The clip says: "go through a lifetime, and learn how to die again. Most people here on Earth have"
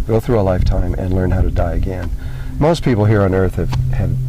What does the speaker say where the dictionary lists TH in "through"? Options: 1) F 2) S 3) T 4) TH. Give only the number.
4